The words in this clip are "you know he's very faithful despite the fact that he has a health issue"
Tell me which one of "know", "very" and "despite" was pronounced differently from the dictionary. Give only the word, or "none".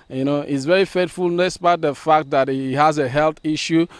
despite